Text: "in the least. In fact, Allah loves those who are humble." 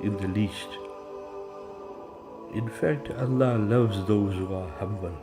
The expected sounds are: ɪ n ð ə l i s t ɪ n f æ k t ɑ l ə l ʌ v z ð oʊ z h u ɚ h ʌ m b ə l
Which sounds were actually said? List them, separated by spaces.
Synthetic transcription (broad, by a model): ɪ n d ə l i s t ɪ n f æ k t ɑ l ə l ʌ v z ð oʊ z h u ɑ h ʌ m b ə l